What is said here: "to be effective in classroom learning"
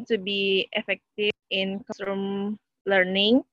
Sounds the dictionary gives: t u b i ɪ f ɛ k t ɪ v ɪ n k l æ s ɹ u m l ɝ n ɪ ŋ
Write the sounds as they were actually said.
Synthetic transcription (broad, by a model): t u b i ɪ f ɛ k t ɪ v ɪ n k ɔ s u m l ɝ n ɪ ŋ